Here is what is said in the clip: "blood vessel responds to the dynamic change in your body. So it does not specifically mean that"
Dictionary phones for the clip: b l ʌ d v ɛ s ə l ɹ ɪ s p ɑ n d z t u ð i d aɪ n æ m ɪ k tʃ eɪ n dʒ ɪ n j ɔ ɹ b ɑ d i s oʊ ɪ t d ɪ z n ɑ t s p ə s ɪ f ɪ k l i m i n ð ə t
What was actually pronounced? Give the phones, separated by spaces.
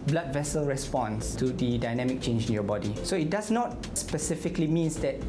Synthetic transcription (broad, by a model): b l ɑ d v ɛ s ə l ɹ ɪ s p ɑ n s t u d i d aɪ n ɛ m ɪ k tʃ eɪ n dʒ ɪ n j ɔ b ɑ d i s oʊ ɪ t d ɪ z n ɑ t s p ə s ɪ f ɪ k l i m i n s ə t